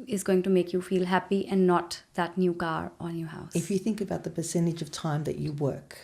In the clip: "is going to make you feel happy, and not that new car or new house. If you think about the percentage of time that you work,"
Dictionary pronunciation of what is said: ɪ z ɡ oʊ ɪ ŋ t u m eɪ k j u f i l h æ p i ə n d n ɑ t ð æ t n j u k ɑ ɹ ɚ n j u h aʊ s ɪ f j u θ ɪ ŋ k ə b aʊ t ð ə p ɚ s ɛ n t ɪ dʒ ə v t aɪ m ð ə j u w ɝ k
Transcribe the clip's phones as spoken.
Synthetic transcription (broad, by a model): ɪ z ɡ oʊ ɪ ŋ t u m eɪ k j u f i l h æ p i ə n d n ɑ t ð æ t n j u k ɑ ɹ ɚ n j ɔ h aʊ s ɪ f j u θ ɪ ŋ k ə b aʊ t ð ə p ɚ s ɛ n t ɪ dʒ ə v t aɪ m ð ə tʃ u w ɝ k